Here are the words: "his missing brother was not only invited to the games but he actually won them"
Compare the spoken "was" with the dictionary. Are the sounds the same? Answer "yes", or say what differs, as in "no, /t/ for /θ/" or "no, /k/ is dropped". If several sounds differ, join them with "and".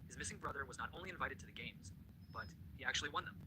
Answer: yes